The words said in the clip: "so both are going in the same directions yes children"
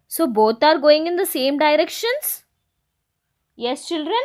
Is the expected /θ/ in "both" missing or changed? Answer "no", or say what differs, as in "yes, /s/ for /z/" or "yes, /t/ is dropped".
yes, /t/ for /θ/